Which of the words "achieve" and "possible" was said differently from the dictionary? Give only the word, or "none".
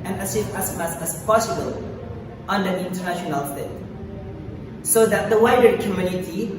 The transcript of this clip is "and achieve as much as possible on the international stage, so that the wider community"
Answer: achieve